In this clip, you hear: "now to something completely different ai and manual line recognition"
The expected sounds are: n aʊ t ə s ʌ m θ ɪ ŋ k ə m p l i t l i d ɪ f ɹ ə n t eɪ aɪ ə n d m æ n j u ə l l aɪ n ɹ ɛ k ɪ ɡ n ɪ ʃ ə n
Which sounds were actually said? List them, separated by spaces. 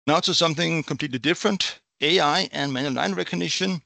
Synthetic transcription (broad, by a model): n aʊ s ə s ʌ m θ ɪ ŋ k ə m p l i t l i d ɪ f ɹ ə n t eɪ aɪ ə n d m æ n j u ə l n aɪ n ɹ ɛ k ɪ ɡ n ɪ ʃ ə n